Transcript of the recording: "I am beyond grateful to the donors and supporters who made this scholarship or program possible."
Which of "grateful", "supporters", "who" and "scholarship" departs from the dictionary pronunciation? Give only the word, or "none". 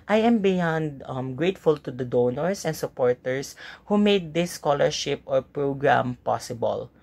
supporters